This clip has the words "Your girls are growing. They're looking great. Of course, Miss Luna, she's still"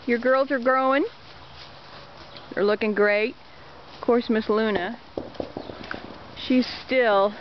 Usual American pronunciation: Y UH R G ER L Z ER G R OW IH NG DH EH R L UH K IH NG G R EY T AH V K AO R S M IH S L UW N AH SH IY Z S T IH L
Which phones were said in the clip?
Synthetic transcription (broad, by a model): Y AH R G ER L Z ER G R OW IH NG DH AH R L UH K IH NG G R EY AH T K AO R S M IH S L UW N AH SH IY Z S T IH L